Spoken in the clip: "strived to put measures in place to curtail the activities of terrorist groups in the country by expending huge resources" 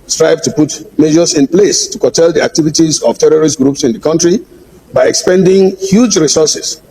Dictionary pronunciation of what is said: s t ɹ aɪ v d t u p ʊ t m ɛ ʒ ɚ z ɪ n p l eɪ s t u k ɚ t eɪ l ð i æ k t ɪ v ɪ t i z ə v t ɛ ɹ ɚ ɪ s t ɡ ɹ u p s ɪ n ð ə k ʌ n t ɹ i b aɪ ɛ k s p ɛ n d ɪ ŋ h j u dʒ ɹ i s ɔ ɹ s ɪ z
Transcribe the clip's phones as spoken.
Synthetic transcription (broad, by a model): s t ɹ aɪ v t u p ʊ t m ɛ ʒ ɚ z ɪ n p l eɪ s t u k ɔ t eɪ l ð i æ k t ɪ v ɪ t i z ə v t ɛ ɹ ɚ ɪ s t ɡ ɹ u p s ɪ n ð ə k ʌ n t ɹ i b aɪ ɛ k s p ɛ n d ɪ ŋ h j u dʒ ɹ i s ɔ s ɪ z